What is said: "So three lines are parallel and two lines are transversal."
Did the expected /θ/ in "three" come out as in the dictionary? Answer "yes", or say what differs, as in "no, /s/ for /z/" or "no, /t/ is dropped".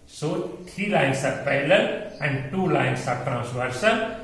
no, /t/ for /θ/